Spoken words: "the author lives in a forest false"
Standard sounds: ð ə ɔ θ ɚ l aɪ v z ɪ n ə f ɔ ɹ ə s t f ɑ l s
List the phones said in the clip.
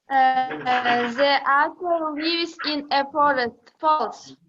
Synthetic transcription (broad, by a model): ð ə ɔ t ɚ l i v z ɪ n ə p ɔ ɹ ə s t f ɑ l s